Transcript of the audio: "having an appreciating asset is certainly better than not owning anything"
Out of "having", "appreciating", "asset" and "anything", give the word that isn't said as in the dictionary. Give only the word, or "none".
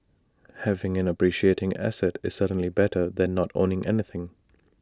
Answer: none